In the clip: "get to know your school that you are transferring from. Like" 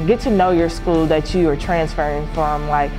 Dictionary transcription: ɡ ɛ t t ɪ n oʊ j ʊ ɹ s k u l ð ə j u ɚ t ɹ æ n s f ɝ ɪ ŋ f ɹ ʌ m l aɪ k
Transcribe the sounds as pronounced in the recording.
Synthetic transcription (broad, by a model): ɡ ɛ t t ɪ n oʊ j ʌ ɹ s k u l ð ə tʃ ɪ ɚ t ɹ æ n s f ɝ ɪ ŋ f ɹ ʌ m l aɪ k